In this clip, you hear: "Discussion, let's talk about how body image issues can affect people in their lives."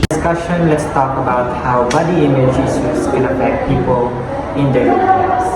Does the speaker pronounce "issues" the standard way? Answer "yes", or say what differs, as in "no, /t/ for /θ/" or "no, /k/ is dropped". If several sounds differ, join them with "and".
no, /s/ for /ʃ/